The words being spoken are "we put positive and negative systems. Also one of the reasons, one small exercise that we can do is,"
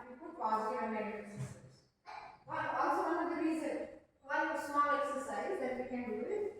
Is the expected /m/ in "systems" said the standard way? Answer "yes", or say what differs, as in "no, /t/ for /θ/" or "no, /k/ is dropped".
no, /m/ is dropped